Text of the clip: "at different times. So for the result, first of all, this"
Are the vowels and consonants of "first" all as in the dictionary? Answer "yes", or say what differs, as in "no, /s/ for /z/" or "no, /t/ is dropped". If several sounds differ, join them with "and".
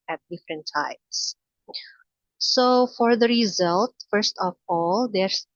yes